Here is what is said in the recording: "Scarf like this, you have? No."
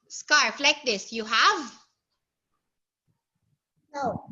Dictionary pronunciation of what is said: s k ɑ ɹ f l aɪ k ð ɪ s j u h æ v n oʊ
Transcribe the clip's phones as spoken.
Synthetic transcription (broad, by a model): s k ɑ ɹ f l aɪ k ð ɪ s j u h æ v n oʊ